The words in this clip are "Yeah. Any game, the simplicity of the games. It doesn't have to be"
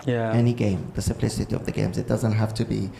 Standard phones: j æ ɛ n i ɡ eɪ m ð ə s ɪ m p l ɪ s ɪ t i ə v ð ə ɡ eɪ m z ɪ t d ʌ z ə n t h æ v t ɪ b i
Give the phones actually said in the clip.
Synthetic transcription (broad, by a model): j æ ɛ n i ɡ eɪ m ð ə s ɪ m p l ɪ s ɪ t i ə v ð ə ɡ eɪ m z ɪ t d ʌ z ə n t h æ f t ɪ b i